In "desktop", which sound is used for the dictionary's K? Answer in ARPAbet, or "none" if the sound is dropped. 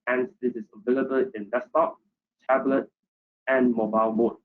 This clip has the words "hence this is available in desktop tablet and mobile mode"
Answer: none